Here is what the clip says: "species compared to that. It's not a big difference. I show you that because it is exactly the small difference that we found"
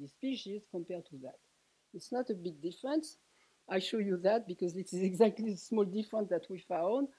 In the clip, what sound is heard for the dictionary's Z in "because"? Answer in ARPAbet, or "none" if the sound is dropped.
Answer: Z